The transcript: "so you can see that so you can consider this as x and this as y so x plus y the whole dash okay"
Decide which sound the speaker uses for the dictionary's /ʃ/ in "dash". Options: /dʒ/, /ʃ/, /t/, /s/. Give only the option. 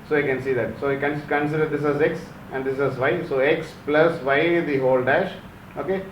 /ʃ/